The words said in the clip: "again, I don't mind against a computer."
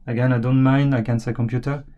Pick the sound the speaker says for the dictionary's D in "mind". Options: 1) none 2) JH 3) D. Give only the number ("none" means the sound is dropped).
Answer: 1